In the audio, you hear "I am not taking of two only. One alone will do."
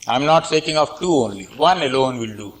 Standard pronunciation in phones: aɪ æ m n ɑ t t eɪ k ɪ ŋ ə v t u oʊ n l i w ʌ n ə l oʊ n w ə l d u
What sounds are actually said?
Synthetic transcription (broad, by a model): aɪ m n ɑ t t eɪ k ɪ ŋ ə f t u oʊ n l i w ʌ n ə l oʊ n w ə l d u